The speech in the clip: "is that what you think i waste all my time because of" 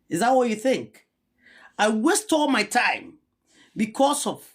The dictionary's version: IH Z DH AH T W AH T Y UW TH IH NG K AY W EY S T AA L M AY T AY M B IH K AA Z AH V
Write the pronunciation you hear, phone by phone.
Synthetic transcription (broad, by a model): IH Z DH AH T W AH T Y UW TH IH NG K AY W EY S T AA L M AY T AY M B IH K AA S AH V